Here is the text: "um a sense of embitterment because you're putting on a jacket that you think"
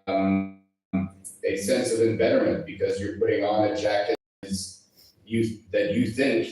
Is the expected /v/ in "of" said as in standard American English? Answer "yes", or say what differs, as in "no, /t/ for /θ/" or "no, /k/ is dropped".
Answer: yes